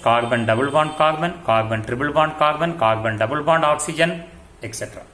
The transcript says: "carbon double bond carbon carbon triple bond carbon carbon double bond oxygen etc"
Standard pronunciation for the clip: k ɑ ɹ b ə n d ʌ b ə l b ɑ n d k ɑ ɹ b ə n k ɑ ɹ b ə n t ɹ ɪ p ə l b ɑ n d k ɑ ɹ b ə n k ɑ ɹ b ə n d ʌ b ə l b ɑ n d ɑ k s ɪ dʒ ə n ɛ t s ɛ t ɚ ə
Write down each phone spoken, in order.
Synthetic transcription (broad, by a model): k ɑ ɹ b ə n d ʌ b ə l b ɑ n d k ɑ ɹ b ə n k ɑ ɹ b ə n t ɹ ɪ b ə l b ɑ n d k ɑ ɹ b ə n k ɑ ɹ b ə n d ʌ b ə l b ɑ n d ɑ k s ɪ dʒ ə n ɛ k s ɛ t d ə